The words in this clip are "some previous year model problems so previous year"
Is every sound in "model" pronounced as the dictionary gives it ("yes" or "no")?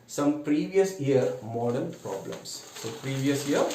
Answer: no